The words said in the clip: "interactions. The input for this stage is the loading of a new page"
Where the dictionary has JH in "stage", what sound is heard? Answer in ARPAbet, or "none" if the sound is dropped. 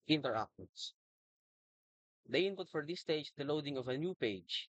none